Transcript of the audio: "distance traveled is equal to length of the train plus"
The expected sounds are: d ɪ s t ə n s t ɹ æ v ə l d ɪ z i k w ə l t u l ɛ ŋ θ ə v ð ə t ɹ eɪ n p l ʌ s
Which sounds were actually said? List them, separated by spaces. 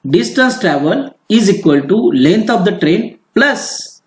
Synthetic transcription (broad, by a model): d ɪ s t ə n s t ɹ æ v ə l ɪ z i k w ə l t u l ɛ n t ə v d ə t ɹ eɪ n p l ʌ s